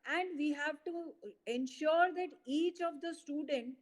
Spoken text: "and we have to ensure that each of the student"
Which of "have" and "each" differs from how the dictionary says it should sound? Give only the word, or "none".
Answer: none